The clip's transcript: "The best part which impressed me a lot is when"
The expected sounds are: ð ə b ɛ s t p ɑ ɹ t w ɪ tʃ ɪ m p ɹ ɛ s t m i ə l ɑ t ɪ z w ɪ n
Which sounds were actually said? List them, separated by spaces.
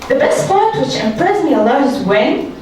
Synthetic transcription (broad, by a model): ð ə b ɛ s t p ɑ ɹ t w ɪ tʃ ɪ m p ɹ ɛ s m i ə l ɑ ɪ z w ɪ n